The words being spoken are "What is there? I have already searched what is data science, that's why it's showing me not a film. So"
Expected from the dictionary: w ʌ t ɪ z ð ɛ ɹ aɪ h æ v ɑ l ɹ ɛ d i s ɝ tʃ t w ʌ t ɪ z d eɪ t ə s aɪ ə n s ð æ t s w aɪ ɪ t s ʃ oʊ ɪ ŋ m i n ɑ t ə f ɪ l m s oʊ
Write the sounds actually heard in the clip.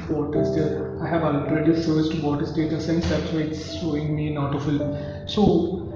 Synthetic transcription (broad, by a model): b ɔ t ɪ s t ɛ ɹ aɪ h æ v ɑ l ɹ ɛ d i s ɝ s t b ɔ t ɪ s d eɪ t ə s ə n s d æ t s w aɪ ɪ t s ʃ oʊ ɪ ŋ m i n ɑ t ə f ɪ l m s oʊ